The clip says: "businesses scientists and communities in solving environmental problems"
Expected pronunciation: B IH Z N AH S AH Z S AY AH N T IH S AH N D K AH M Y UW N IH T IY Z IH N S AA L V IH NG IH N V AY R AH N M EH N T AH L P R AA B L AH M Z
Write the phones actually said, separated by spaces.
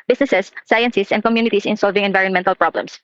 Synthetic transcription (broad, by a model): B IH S N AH S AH S AY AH N S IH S AH N D K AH M Y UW N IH T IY S IH N S AA L V IH NG IH N V AY R AH N M EH N T AH L P R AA B L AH M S